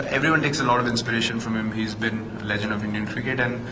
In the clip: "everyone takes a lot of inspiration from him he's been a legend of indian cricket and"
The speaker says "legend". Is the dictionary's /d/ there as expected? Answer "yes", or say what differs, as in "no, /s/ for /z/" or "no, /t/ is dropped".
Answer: yes